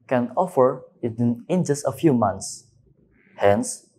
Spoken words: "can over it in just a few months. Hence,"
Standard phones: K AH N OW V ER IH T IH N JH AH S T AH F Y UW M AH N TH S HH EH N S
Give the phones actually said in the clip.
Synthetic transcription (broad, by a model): K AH N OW F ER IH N IH N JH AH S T AH F Y UW M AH N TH S HH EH N S